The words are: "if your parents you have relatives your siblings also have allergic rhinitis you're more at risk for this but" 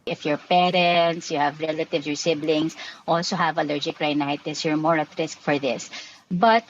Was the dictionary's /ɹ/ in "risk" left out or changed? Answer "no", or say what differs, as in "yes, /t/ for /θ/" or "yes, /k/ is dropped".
no